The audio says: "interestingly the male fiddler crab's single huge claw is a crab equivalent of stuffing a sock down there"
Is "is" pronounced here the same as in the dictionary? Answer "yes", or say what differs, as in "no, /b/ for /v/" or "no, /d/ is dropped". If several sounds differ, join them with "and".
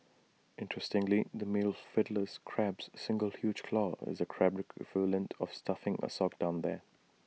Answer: yes